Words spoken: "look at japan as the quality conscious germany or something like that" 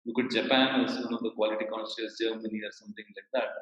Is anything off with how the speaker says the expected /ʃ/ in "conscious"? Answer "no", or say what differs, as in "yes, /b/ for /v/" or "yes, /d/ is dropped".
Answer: yes, /s/ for /ʃ/